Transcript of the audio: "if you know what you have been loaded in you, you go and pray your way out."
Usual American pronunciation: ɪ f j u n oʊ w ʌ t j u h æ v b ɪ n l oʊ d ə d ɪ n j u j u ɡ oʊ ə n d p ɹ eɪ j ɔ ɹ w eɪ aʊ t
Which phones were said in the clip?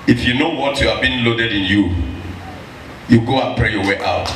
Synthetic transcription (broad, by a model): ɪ f j u n oʊ w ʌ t j u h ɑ v b ɪ n l oʊ d ə d ɪ n j u j u ɡ oʊ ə n p ɹ eɪ j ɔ w eɪ aʊ t